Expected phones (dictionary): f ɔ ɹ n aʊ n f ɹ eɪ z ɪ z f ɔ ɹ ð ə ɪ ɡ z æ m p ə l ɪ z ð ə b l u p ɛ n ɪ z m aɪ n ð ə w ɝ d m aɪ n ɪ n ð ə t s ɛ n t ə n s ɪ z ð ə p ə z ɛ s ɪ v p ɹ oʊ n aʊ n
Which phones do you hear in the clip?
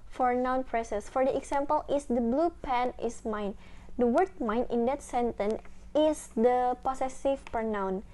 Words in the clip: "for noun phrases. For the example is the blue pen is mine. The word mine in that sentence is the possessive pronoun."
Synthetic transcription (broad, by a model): f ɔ ɹ n aʊ n p ɹ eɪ s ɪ s f ɔ ɹ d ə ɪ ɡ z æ m p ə l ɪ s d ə b l u p ɛ n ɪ s m aɪ n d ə w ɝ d m aɪ n ɪ n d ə t s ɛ n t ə n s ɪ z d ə p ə s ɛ s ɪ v p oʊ n aʊ n